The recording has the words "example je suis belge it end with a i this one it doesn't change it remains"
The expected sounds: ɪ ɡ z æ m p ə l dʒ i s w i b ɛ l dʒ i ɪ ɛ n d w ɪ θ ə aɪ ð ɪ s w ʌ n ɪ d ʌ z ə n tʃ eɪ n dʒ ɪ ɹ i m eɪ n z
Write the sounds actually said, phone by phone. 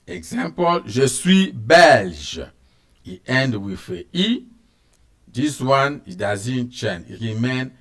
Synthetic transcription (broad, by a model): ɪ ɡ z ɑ m p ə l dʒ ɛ s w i b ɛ l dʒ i ɛ n d w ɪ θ ə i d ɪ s w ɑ n ɪ d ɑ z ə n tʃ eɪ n ɪ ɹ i m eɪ n